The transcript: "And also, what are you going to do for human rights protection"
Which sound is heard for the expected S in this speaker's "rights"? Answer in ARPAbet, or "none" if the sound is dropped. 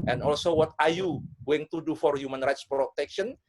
S